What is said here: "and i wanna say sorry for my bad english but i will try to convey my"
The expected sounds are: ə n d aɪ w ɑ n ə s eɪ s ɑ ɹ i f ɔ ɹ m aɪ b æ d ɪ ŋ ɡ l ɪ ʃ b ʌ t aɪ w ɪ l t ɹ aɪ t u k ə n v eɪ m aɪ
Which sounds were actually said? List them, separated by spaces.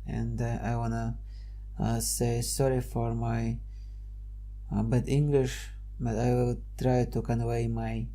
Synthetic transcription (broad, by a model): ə n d aɪ w ɑ n ə s eɪ s ɑ ɹ i f ɔ ɹ m aɪ b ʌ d ɪ ŋ ɡ l ɪ ʃ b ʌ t aɪ w ɪ l t ɹ aɪ t u k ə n w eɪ m aɪ